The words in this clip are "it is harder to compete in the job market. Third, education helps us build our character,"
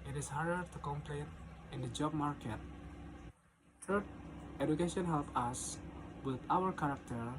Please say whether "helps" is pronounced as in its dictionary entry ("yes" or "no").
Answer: no